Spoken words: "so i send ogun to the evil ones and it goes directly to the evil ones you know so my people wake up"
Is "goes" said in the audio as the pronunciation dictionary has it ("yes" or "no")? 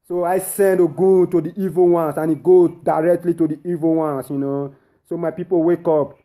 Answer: no